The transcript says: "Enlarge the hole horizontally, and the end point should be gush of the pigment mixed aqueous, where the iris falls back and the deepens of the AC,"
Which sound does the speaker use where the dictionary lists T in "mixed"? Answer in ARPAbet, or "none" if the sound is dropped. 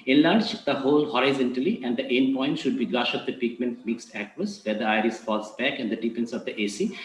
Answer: T